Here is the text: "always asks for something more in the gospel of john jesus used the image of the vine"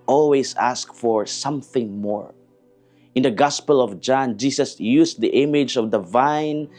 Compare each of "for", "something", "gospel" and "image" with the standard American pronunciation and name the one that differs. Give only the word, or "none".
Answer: none